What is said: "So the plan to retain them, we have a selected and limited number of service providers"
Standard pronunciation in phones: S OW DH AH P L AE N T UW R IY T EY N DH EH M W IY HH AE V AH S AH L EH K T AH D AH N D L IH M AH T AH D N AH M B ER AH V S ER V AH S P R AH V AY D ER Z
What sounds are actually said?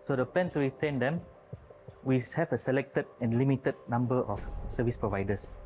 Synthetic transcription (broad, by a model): S OW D AH P EH N T UW R IY T EY N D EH M W IY HH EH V AH S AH L EH K T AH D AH N L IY M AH T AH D N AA M B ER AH F S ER V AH S P R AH V AY D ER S